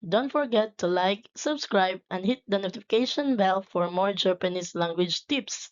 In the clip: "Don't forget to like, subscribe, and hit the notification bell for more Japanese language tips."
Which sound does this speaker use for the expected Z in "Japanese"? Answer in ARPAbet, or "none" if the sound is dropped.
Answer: S